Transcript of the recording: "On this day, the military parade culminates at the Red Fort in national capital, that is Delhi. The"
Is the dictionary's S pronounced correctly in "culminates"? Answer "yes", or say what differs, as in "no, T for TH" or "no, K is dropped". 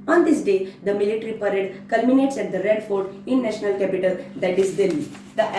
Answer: yes